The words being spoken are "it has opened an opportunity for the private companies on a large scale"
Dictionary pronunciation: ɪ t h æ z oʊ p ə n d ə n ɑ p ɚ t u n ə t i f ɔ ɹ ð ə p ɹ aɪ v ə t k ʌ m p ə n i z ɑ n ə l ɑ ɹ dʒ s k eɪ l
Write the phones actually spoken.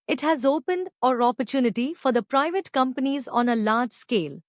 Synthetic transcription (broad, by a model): ɪ t h æ z oʊ p ə n d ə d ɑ p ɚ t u n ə t i f ɔ ɹ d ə p ɹ aɪ v ə t k ʌ m p ə n i z ɑ n ə l ɑ ɹ dʒ s k eɪ l